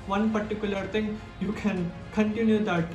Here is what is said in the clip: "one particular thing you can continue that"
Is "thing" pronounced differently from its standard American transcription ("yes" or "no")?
yes